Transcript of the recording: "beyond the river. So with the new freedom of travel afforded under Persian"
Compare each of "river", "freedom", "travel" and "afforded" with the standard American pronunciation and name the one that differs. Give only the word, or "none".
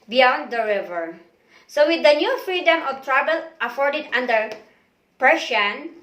travel